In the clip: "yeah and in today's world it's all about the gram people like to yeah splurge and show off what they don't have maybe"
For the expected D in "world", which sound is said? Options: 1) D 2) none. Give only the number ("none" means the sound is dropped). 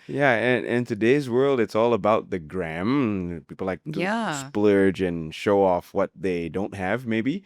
1